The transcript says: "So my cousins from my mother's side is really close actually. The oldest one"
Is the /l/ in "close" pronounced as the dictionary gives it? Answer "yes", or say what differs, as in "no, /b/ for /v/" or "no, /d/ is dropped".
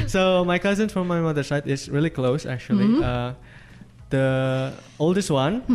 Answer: yes